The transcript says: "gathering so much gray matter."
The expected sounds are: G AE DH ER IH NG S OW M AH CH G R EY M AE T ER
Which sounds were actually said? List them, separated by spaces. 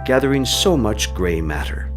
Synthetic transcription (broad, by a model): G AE DH ER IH NG S OW M AH CH G R EY M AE T ER